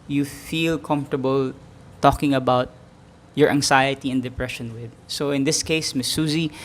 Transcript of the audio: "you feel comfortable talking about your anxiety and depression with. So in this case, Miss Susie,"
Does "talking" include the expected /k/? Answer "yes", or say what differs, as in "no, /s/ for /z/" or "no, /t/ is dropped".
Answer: yes